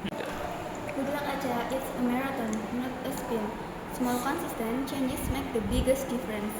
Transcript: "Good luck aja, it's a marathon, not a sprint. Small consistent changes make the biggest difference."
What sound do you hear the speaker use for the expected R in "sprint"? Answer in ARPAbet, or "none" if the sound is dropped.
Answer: none